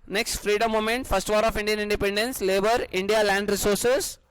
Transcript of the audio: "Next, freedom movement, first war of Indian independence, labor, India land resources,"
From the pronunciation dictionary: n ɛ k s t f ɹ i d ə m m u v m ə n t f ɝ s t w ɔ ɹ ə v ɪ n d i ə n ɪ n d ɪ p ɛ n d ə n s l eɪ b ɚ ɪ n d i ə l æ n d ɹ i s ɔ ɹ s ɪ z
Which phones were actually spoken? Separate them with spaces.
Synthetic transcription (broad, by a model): n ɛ k s t f ɹ i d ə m m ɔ m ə n t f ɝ s t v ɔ ɹ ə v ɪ n d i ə n ɪ n d ɪ p ɛ n d ə n s l eɪ b ɚ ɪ n d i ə l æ n d ɹ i s ɔ ɹ s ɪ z